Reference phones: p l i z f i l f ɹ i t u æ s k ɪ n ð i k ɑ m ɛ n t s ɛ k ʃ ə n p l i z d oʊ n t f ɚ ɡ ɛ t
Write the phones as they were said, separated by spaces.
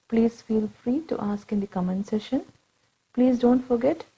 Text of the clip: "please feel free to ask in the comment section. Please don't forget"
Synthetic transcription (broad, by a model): p l i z f i l f ɹ i t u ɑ s k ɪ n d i k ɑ m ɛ n s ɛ ʃ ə n p l i z d oʊ n t f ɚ ɡ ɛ t